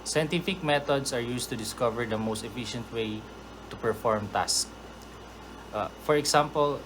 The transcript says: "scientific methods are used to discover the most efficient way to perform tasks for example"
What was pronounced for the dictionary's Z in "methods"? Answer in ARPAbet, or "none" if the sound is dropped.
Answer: S